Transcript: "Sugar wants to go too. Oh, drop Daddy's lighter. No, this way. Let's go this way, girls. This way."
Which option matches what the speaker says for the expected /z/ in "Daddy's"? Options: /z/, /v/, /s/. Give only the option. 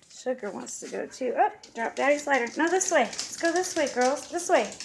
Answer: /s/